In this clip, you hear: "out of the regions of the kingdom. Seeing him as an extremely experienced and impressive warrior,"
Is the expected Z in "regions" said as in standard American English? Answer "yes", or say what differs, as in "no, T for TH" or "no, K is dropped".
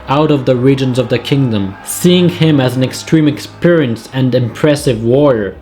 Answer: yes